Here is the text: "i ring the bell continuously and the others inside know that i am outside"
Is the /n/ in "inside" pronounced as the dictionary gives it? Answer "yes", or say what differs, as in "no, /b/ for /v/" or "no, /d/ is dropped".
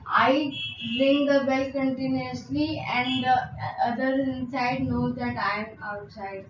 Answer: yes